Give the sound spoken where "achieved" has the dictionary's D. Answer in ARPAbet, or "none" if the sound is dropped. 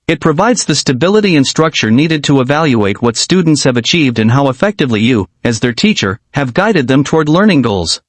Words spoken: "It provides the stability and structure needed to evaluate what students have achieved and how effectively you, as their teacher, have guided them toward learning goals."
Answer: D